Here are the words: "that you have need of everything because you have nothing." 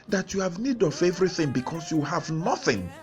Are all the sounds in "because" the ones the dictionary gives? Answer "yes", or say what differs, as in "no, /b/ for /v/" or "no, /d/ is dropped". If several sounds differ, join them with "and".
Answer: no, /s/ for /z/